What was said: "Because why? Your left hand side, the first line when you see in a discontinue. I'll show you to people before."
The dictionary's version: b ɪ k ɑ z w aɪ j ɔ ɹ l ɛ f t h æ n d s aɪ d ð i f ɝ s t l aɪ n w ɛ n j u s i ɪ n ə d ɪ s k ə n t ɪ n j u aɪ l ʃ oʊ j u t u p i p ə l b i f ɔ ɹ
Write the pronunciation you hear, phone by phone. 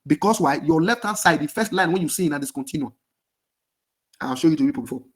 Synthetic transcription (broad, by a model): b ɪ k ɑ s w aɪ j ɔ l ɛ f t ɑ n s aɪ d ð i f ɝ s t l aɪ n w ɛ n j u s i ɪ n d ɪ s k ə n t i n j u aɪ n ʃ oʊ j u t u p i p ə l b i f ɔ